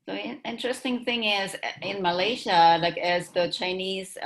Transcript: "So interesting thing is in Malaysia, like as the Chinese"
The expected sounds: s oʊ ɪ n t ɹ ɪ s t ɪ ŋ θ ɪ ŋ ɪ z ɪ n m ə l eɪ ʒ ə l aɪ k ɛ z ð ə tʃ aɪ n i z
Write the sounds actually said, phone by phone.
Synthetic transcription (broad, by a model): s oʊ ɪ n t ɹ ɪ s t ɪ ŋ θ ɪ ŋ ɪ z ɪ n m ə l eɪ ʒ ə l aɪ k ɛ z ð ə tʃ aɪ n i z